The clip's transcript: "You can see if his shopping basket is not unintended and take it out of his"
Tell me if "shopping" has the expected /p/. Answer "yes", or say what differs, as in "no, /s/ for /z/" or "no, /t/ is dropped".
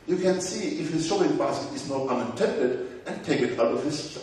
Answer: no, /p/ is dropped